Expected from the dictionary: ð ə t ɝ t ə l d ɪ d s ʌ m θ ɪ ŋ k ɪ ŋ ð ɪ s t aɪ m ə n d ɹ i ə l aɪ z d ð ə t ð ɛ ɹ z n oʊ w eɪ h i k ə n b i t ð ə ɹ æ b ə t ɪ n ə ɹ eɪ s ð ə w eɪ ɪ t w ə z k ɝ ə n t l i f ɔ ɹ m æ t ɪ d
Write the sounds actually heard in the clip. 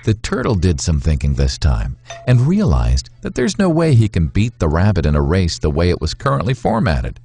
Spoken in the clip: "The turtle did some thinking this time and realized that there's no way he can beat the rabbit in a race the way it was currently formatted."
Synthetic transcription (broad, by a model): ð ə t ɝ t l d ɪ d s ʌ m θ ɪ ŋ k ɪ ŋ ð ɪ s t aɪ m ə n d ɹ i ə l aɪ z ð ə t ð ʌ ɹ z n oʊ w eɪ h i k ə n b i t ð ə ɹ æ b ə t ɪ n ə ɹ eɪ s ð ə w eɪ ɪ t w ə z k ɝ ə n t l i f ɔ ɹ m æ t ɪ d